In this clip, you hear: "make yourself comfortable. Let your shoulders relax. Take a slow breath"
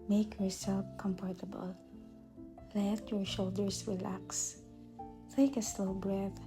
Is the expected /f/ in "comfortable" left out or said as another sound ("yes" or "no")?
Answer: yes